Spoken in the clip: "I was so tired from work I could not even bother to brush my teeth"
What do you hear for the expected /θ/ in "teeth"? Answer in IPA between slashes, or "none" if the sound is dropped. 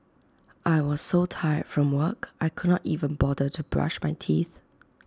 /θ/